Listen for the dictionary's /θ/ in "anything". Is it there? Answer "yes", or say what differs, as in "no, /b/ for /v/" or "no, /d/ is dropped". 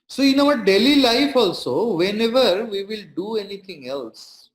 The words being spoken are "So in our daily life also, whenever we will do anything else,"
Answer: no, /t/ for /θ/